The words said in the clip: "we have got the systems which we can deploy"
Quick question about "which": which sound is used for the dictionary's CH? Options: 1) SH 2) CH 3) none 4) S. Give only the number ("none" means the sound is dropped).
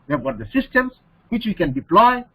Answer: 2